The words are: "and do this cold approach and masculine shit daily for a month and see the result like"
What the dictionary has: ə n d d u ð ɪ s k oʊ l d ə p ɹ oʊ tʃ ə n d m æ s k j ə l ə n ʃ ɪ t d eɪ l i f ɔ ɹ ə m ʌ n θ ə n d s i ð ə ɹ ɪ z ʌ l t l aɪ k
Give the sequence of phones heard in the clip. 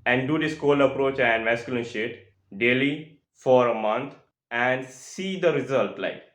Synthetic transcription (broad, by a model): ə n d d u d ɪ s k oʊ l ə p ɹ oʊ tʃ ə n d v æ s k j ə l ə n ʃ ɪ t d eɪ l i f ɔ ɹ ə m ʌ n t ə n d s i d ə ɹ ɪ z ʌ l t l aɪ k